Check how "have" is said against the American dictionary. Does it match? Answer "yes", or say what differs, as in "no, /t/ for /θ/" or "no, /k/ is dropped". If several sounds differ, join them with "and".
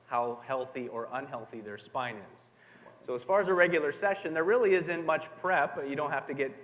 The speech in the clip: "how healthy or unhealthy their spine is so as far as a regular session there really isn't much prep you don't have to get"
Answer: no, /f/ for /v/